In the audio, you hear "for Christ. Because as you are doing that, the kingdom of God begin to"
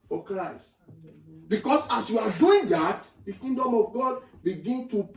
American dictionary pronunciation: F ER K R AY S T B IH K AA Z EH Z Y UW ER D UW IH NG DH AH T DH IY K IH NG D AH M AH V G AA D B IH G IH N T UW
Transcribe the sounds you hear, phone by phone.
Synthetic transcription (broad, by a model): F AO K R AY S T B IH K AA S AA S Y UW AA D UW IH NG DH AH T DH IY K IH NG D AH M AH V G AA D B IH G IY N T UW